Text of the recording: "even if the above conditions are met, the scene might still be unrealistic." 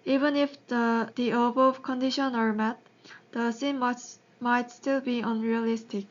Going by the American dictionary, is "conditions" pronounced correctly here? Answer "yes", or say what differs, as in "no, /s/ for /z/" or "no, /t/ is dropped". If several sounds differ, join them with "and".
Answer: no, /z/ is dropped